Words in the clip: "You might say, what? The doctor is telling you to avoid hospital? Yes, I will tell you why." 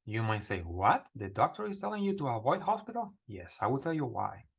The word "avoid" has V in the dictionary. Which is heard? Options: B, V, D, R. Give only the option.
V